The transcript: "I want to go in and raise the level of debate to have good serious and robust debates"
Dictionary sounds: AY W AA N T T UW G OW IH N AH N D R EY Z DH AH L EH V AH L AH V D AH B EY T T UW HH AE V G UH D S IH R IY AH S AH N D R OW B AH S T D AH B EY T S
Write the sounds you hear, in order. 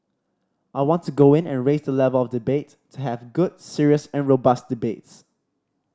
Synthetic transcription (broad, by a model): AY W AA N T T UW G OW IH N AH N R EY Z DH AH L EH V AH L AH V D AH B EY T T UW HH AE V G UH D S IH R IY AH S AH N R OW B AH S T D AH B EY T S